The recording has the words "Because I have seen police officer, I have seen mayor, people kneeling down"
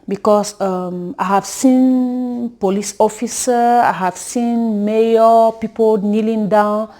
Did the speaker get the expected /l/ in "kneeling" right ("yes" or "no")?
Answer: yes